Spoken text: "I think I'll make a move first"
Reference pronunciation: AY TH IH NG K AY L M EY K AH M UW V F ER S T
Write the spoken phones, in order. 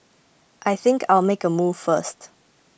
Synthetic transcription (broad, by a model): AY TH IH NG K AY L M EY K AH M UW V F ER S T